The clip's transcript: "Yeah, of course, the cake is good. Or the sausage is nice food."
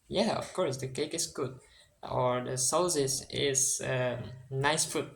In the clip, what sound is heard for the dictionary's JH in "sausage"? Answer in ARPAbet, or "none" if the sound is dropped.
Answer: Z